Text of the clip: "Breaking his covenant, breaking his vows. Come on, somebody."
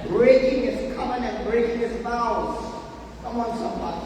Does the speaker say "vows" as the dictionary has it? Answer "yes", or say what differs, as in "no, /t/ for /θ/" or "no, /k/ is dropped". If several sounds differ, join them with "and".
no, /f/ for /v/